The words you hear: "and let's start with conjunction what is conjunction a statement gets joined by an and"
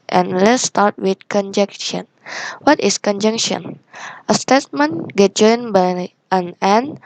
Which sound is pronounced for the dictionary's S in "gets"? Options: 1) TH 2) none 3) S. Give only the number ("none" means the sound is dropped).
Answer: 2